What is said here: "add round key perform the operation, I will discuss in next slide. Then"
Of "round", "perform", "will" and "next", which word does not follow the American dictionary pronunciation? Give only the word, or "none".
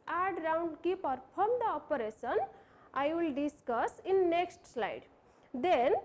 perform